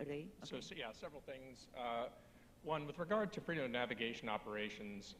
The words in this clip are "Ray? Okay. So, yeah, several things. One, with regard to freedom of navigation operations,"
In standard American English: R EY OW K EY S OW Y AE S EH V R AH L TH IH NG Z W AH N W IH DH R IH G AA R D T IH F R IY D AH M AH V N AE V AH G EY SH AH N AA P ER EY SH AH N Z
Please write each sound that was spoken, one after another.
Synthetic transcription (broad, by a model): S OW UH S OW Y AE S EH V R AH L TH IH NG Z W AH N W IH DH R IH G AA R D T IH F R IY D AH M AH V N AE V AH G EY SH AH N AA P ER EY SH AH N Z